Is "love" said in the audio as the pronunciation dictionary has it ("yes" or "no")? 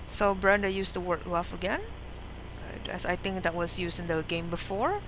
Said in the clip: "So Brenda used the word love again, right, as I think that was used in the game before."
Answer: no